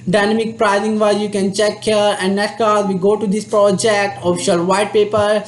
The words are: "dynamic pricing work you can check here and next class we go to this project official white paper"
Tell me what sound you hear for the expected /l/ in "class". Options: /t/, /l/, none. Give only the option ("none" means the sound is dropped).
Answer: none